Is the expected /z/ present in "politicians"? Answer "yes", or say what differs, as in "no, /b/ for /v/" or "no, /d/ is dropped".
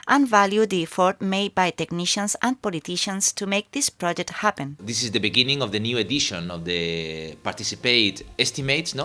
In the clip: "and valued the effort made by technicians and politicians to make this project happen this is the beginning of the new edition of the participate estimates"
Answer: no, /s/ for /z/